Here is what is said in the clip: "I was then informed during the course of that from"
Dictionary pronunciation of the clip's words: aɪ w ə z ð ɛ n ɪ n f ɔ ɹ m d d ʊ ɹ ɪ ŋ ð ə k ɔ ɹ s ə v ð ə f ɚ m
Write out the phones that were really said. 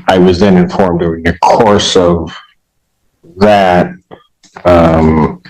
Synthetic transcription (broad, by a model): aɪ w ə z ð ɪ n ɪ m f ɔ ɹ m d d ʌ ɪ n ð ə k ɔ ɹ s ə v ð ə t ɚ m